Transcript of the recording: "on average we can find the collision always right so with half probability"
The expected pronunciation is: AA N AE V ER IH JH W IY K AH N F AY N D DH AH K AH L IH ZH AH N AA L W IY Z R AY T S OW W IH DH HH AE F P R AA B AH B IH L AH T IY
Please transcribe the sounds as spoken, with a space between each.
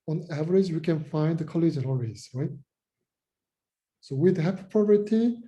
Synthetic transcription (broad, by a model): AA N AE V ER IH JH W IY K AH N F AY N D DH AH K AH L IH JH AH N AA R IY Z R AY T S OW W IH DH HH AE P P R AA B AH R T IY